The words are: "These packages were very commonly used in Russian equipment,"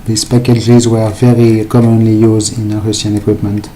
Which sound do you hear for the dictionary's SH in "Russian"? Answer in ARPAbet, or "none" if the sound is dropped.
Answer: S